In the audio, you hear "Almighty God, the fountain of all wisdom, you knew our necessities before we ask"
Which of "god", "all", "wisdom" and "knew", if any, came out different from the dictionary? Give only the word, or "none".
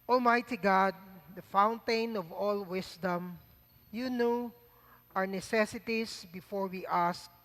wisdom